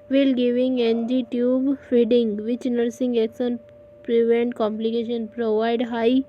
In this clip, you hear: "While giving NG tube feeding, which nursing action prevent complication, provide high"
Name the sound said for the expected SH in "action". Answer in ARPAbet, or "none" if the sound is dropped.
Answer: S